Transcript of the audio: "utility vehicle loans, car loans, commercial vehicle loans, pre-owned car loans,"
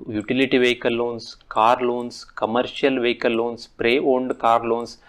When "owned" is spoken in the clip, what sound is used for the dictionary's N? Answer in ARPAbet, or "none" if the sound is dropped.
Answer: N